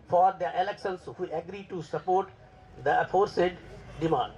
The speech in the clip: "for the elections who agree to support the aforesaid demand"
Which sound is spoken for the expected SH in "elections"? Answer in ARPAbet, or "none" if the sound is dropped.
S